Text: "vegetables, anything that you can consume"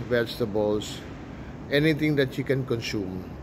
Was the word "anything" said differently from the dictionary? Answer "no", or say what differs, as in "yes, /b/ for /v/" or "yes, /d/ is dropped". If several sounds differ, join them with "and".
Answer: yes, /t/ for /θ/